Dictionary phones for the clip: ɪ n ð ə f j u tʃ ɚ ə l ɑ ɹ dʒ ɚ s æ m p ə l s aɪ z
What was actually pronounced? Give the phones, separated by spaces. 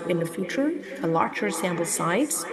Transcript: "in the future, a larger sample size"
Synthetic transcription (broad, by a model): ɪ n ð ə f j u tʃ ɚ ə l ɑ ɹ tʃ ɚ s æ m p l s aɪ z